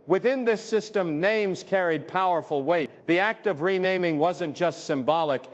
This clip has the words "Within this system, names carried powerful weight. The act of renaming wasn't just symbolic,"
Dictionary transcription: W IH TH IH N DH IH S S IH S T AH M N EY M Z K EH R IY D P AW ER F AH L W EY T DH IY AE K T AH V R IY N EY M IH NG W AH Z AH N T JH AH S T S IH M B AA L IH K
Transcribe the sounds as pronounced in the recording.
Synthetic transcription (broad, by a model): W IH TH IH N DH IH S S IH S T AH M N EY M Z K EH R IY D P AW ER F L W EY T DH IY AE K T AH V R IY N EY M IH NG W AH Z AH N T JH AH S T S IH M B AA L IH K